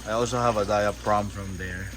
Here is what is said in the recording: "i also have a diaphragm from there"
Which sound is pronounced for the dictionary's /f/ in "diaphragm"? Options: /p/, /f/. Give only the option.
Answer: /p/